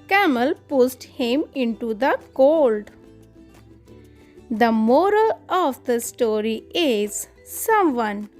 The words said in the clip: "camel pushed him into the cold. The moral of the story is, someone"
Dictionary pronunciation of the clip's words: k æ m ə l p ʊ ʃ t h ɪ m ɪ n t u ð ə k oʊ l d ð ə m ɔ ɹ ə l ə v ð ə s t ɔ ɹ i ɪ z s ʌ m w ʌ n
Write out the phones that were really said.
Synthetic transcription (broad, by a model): k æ m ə l p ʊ s t h ɪ m ɪ n t u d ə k oʊ l d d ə m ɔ ɹ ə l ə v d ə s t ɔ ɹ i ɪ z s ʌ m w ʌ n